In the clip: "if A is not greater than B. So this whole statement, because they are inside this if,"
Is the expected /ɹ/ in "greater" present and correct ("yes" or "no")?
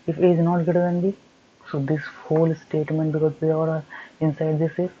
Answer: no